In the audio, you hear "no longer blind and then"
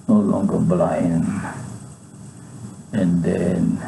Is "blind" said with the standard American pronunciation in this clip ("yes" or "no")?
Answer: no